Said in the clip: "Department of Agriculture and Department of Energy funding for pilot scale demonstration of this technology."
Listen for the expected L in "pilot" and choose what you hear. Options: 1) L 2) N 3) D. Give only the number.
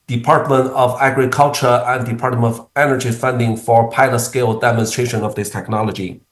1